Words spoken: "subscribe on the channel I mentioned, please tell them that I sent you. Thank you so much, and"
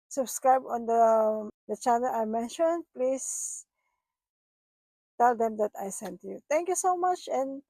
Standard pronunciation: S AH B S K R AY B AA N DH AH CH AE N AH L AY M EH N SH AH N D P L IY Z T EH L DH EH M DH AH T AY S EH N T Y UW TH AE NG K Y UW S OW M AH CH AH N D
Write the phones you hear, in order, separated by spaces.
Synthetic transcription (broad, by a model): S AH B S K R AY B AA N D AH CH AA N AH L AY M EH N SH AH N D P L IY S T EH L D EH M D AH T AY S EH N T Y UW T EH NG K Y UW S OW M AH CH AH N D